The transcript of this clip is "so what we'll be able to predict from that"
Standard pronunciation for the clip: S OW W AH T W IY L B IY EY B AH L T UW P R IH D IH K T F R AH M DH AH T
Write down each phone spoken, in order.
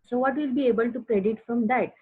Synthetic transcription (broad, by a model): S OW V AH T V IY L B IY EY B AH L T UW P R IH D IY T F R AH M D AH T